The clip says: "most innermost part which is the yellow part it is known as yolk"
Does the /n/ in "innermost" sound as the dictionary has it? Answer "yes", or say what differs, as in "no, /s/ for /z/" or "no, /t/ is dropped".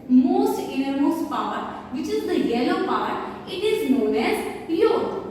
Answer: no, /n/ is dropped